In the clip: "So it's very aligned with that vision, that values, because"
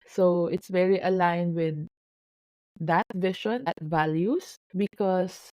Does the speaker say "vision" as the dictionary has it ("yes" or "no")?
no